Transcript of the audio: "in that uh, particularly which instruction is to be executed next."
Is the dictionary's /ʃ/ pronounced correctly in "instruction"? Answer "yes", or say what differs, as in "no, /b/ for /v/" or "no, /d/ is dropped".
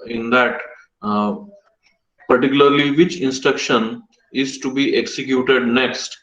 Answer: yes